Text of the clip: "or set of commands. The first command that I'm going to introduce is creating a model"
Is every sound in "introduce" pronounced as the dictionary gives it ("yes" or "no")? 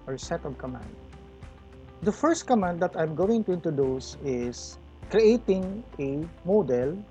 no